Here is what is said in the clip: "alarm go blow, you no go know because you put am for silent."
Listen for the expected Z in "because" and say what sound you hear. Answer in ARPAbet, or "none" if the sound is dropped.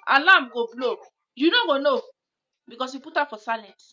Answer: S